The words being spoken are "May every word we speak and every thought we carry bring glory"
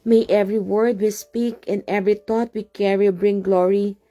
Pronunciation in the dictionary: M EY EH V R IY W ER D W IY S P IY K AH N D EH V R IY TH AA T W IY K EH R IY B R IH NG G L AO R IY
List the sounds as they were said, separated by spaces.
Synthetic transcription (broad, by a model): M EY EH V R IY W ER D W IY S P IY K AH N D EH V R IY T AA T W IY K EH R IY B R IH NG G L AO R IY